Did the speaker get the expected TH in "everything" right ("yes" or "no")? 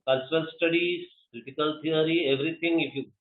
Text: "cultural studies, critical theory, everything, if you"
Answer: no